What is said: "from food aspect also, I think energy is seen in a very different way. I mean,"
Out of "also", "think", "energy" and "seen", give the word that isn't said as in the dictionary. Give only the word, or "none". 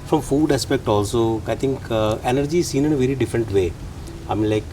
think